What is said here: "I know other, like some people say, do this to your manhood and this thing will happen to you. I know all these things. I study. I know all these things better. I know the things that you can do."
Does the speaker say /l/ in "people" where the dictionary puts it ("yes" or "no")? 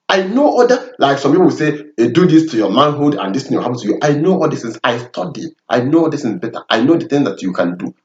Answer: no